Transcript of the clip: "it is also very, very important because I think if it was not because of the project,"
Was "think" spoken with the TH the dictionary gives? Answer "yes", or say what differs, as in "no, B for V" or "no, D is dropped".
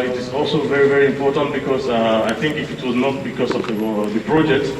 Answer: no, T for TH